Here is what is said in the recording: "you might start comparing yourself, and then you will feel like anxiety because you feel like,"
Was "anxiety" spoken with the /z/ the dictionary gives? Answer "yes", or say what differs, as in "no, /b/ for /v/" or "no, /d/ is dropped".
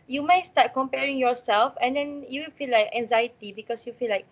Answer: yes